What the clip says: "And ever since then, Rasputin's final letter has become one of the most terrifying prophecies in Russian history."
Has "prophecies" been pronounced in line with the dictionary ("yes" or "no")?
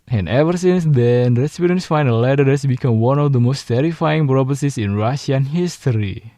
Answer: no